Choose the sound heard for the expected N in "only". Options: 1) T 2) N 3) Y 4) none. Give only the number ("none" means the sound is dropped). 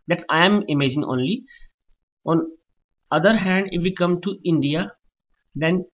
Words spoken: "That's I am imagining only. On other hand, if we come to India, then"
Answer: 2